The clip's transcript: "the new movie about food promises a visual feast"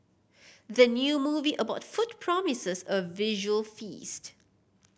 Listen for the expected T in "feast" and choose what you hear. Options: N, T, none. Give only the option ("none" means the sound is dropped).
T